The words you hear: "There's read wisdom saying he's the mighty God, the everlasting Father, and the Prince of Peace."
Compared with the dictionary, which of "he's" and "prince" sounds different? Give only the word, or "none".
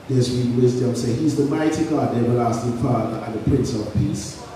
none